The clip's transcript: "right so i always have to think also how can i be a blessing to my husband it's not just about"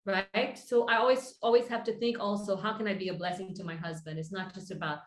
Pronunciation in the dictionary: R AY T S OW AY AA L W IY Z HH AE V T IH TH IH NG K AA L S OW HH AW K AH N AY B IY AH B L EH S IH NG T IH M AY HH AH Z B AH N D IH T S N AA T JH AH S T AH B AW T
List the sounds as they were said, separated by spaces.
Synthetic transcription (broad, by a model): R AY T S OW AY AA L W IY Z HH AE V T IH TH IH NG K AA L S OW HH AW K AH N AY B IY AH B L EH S IH NG T IH M AY HH AH Z B AH N D IH T S N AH T JH AH S T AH B AW T